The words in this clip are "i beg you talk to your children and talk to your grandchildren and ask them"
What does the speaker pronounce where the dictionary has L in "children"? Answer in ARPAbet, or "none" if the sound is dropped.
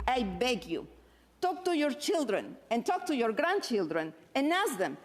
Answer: L